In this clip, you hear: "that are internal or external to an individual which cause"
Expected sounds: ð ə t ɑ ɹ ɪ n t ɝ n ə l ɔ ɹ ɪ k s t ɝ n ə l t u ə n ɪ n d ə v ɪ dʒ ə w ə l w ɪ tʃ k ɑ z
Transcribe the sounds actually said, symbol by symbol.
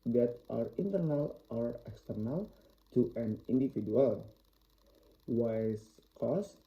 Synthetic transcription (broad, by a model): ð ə t ɑ ɹ ɪ n t ɝ n ə l ɔ ɹ ɪ k s t ɝ n ə l t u ə n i n d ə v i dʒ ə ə l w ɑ s k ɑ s